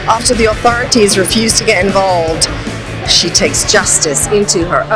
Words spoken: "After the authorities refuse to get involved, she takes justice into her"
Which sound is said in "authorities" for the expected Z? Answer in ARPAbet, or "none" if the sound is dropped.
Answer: Z